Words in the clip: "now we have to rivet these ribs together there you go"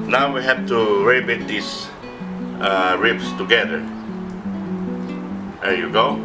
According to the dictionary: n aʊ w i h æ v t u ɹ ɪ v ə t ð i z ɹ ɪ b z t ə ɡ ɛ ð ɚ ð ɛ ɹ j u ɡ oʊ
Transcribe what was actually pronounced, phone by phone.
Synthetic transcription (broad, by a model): n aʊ w i h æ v t u ɹ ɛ b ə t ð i s ɹ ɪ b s t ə ɡ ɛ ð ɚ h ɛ ɹ j u ɡ oʊ